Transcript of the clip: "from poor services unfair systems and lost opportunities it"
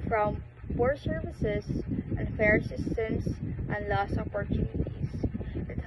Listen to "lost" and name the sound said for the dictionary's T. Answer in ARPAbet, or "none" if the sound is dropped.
none